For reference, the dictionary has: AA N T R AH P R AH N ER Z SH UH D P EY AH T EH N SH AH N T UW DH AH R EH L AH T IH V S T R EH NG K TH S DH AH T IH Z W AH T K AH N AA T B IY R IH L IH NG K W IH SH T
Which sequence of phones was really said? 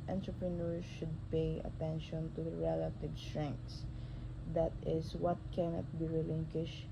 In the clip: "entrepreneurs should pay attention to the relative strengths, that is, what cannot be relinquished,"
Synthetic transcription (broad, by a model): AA N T R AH P R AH N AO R SH UH D P EY AH T EH N SH AH N T UW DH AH R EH L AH T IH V S T R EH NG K T S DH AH T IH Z W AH T K AH N AA T B IY R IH L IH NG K W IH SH